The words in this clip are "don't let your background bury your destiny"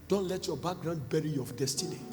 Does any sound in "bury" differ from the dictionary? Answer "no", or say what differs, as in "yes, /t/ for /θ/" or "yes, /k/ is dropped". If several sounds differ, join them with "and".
no